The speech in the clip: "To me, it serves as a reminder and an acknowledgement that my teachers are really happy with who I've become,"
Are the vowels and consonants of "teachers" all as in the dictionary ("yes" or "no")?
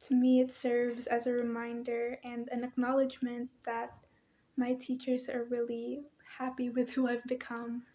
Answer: yes